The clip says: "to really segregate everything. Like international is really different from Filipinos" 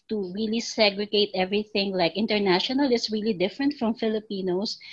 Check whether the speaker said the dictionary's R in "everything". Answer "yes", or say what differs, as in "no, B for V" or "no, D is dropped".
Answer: yes